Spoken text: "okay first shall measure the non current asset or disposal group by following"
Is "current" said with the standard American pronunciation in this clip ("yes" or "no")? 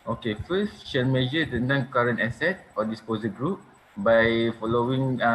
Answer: yes